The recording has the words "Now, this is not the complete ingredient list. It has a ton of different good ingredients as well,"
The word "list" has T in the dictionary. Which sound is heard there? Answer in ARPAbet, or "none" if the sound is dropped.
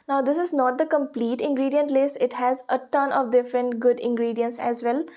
none